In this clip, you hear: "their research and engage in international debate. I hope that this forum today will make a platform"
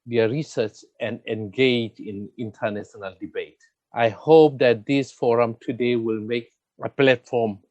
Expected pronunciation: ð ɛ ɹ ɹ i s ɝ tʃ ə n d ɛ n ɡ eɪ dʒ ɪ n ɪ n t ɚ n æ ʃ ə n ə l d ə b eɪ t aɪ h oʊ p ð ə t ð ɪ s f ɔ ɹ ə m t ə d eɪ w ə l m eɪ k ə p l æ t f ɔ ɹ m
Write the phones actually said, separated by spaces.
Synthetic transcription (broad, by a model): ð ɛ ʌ ɹ i s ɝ tʃ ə n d ɛ n ɡ eɪ dʒ ɪ n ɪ n t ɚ n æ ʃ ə n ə l d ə b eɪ t aɪ h oʊ p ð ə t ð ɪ s f ɔ ɹ ə m t ə d eɪ w ə l m eɪ k ə p l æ t f ɔ m